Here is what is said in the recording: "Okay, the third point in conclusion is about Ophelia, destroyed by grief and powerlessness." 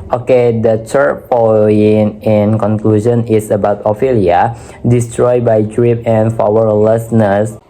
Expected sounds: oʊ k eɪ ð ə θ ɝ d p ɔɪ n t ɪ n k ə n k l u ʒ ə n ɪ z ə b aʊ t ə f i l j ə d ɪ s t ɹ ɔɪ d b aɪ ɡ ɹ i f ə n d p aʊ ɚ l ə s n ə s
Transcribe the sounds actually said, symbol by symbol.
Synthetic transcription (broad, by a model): oʊ k eɪ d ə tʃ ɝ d p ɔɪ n ɪ n k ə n k l u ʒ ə n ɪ s ə b aʊ t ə f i l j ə d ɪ s t ɹ ɔɪ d b aɪ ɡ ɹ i p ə n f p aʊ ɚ l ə s n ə s